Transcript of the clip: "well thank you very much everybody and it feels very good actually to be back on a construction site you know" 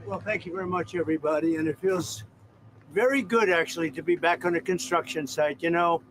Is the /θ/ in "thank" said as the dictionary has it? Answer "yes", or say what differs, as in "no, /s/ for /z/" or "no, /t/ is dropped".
yes